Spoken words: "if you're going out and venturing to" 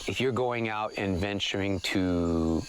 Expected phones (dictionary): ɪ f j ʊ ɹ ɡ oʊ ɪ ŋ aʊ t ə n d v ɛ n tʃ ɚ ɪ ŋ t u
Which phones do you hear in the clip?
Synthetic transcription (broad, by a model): ɪ f j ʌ ɹ ɡ oʊ ɪ ŋ aʊ t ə n v ɛ n tʃ ɚ ɪ ŋ t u